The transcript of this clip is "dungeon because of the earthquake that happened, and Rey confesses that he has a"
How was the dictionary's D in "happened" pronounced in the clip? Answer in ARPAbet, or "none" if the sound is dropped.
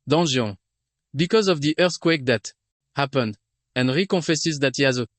D